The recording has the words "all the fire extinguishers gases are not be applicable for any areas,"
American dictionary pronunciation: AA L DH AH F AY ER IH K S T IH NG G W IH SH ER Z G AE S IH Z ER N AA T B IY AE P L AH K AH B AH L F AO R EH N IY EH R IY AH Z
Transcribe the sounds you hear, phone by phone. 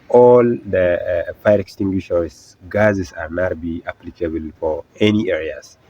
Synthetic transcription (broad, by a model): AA L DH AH F AY ER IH K S T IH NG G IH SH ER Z G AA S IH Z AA N AA T B IY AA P L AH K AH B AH L F AO R EH N IY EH R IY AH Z